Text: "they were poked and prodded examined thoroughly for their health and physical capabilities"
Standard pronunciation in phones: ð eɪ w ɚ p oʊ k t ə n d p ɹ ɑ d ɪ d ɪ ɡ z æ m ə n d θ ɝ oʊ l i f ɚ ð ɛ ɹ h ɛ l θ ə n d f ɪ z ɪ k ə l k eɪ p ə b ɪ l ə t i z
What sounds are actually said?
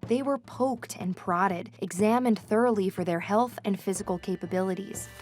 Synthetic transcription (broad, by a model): ð eɪ w ɚ p oʊ k t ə n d p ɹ ɑ d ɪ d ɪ ɡ z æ m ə n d θ ɝ oʊ l i f ɚ ð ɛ ɹ h ɛ l θ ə n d f ɪ z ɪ k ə l k eɪ p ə b ɪ l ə t i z